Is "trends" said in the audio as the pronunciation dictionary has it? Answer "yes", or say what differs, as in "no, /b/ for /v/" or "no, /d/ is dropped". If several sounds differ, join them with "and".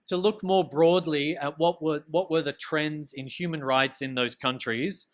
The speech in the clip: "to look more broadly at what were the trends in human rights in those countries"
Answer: yes